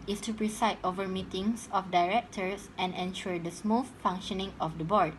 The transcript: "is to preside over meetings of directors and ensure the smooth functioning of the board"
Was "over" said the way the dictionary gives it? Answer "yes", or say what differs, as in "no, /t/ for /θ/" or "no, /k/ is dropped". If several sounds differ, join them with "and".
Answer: yes